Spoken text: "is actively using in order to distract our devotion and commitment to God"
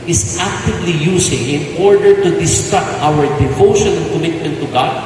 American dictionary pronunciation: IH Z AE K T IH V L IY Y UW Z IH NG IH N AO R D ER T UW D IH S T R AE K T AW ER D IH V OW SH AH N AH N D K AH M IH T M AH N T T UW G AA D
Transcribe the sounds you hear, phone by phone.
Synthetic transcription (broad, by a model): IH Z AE K T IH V L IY Y UW S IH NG IH N AO R D ER T UW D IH S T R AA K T AW ER D IH V OW SH AH N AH K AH M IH T M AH N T T UW G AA D